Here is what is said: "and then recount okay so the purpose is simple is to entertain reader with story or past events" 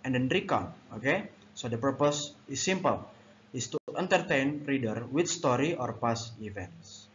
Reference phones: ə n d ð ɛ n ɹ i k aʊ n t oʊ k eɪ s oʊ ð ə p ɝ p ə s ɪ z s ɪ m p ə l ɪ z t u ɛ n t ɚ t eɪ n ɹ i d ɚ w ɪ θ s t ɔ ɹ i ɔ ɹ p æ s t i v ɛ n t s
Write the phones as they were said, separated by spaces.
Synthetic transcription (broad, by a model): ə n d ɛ n ɹ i k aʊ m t oʊ k eɪ s oʊ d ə p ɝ p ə s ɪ s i m p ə l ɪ s t u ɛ n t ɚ t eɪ n ɹ i d ɚ w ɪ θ s t ɔ ɹ i ɔ ɹ p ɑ s i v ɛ n t s